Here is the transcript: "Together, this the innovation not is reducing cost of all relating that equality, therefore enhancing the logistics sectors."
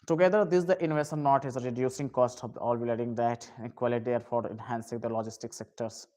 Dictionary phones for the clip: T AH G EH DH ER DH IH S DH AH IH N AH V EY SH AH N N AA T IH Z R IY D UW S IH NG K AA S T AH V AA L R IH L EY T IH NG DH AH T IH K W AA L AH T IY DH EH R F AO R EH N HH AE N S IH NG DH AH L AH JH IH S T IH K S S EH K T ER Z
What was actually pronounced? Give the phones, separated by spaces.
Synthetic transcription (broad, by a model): T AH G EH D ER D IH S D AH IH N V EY S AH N N AA T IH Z R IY D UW S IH NG K AA S T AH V AA L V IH L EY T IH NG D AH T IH K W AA L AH T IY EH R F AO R EH N HH AE N S IH NG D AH L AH JH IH S T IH K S S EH K T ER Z